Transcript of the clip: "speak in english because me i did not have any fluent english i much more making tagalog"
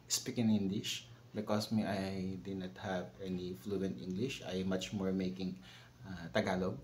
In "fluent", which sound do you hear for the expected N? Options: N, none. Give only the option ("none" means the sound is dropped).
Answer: N